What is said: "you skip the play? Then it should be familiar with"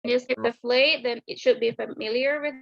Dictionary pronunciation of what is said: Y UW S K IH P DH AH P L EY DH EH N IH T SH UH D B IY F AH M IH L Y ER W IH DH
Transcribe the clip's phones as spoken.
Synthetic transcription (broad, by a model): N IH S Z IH F DH AH F L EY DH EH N IH T SH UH D B IY F AH M IH L Y ER W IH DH